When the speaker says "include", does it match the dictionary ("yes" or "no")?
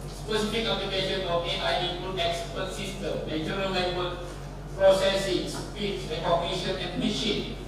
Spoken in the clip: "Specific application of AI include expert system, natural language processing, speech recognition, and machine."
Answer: no